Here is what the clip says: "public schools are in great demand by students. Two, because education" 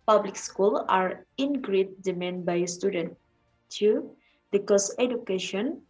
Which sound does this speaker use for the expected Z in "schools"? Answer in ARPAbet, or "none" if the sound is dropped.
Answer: none